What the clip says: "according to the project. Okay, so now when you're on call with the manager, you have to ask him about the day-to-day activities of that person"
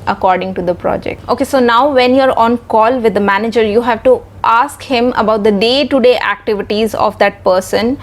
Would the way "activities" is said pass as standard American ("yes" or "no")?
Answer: yes